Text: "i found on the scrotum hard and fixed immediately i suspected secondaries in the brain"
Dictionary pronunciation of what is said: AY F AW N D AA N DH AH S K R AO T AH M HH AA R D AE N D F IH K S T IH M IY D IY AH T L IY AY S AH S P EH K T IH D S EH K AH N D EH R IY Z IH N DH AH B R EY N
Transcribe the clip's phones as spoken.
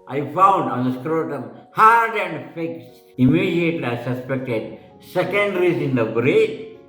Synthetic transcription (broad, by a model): AY F AW N D AA N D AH S K R AO T AH M HH AA R D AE N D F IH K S IH M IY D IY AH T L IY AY S AH S P EH K T IH D S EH K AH N D R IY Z IH N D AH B R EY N